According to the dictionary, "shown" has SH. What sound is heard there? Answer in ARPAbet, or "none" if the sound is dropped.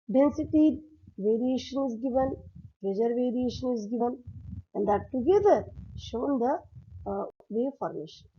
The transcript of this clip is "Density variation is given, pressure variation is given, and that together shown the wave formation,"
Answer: SH